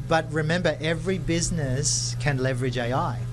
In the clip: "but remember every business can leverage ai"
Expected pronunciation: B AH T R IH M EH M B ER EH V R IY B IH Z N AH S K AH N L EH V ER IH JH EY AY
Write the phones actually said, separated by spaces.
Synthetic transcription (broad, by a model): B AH T R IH M EH M B ER EH V R IY B IH Z N AH S K AH N L EH V ER IH JH EY AY